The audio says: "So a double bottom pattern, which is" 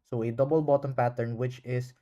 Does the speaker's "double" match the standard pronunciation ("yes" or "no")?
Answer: yes